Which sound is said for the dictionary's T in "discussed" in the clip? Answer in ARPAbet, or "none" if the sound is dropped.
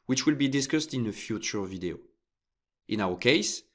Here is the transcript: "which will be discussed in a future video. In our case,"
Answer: T